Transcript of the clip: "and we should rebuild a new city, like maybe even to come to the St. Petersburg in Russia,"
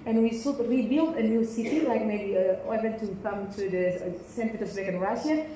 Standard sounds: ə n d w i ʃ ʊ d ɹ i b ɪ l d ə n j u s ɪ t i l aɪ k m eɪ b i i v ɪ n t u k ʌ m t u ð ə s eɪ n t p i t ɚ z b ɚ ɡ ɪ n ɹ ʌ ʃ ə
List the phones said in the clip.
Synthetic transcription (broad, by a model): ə n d w i s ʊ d ɹ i b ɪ l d ə n j u s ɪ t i l aɪ k m eɪ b i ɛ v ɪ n t u k ʌ m t u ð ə s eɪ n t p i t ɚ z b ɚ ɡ ɪ n ɹ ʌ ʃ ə